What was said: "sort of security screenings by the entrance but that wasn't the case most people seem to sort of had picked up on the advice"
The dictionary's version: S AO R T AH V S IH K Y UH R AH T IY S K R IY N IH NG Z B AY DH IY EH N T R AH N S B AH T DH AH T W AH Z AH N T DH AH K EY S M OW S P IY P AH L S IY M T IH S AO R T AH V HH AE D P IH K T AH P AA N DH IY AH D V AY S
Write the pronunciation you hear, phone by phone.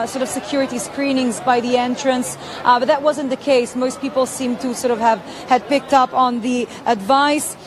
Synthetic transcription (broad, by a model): S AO R T AH V S IH K Y UH R AH T IY S K R IY N IH NG Z B AY DH IY EH N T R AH N S B AH T DH AH T W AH Z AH N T DH AH K EY S M OW S P IY P L S IY M T IH S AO R T AH V HH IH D P IH K T AH P N DH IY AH D V AY S